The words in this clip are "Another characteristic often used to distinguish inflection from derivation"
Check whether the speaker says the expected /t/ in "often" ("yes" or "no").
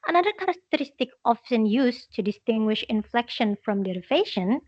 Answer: no